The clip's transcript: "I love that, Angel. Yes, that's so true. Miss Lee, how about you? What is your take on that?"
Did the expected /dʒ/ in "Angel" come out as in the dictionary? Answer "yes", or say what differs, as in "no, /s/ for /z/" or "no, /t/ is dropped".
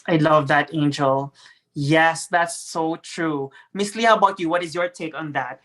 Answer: yes